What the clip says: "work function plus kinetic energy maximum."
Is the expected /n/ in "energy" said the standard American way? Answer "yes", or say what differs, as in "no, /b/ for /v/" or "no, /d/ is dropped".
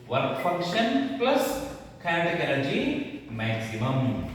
no, /l/ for /n/